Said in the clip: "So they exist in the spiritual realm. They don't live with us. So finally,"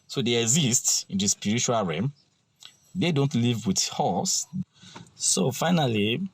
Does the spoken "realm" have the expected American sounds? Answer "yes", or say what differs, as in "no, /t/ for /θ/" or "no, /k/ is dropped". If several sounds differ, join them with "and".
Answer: no, /l/ is dropped